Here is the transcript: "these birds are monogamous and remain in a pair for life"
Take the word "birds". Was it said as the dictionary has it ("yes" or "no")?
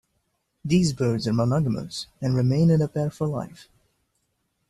yes